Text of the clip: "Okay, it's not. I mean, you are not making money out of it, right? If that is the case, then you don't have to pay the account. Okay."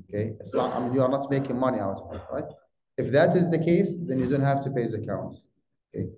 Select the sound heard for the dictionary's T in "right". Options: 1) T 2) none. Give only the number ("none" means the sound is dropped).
1